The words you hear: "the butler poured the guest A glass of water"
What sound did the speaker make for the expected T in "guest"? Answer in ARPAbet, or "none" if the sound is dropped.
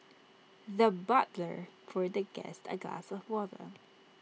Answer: T